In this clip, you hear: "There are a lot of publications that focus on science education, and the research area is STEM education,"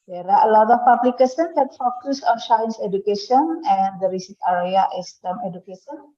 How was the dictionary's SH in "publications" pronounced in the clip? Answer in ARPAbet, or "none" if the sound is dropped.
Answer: S